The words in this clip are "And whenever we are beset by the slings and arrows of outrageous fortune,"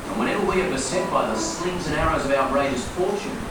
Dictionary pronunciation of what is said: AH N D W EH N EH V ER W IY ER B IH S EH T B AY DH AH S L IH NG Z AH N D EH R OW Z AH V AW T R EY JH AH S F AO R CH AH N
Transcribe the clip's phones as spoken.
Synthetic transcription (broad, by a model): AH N W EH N EH V ER W IY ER B IH S EH T B AY DH AH S L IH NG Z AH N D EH R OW Z AH V AW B R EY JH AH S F AO R CH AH N